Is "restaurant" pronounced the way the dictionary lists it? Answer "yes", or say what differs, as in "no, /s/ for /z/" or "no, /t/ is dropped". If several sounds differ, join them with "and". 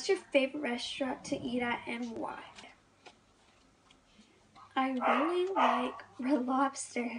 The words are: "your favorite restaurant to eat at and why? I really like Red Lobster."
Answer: no, /n/ is dropped